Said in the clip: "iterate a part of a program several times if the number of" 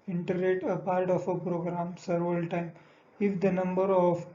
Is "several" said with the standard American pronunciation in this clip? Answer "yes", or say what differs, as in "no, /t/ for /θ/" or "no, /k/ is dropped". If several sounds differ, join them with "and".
no, /v/ is dropped